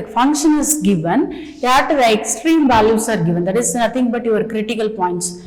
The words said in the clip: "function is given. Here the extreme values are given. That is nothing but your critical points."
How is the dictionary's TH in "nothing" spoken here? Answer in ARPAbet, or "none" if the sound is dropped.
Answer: T